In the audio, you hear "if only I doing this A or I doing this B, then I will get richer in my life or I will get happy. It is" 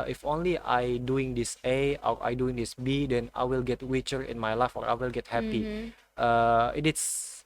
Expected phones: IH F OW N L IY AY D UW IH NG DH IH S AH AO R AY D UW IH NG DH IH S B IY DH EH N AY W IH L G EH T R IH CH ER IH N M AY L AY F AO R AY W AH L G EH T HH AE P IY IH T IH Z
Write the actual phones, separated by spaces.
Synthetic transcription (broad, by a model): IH F OW N L IY AY D UW IH NG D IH S AH AO R AY D UW IH NG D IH S B IY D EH N AY W IH L G EH T W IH CH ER IH N M AY L AY F AO R AY W AH L G EH T HH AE P IY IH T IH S